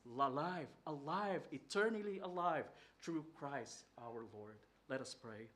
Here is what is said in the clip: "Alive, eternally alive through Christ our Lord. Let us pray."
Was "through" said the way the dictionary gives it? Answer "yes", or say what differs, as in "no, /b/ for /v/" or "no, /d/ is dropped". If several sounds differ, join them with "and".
no, /t/ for /θ/